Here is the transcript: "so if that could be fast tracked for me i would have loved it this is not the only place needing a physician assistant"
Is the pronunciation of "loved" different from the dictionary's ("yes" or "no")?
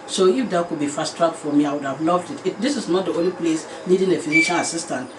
no